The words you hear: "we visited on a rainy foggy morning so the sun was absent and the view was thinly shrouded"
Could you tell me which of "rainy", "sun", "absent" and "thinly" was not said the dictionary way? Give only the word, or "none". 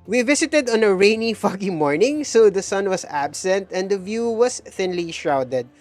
none